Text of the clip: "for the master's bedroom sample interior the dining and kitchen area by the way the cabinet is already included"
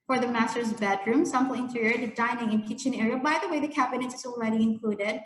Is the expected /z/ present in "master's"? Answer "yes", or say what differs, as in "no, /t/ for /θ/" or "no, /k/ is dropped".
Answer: yes